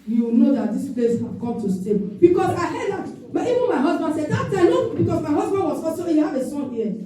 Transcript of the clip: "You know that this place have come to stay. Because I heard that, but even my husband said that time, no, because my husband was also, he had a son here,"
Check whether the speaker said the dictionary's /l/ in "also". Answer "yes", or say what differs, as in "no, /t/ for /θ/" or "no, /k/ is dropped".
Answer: no, /l/ is dropped